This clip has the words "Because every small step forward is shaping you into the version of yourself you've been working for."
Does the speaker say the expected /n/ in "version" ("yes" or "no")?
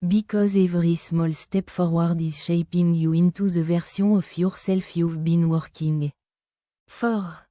no